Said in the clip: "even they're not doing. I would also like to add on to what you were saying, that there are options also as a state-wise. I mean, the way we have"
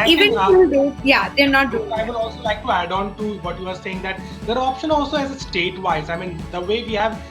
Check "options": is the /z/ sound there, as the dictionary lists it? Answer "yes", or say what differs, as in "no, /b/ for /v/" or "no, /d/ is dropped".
no, /z/ is dropped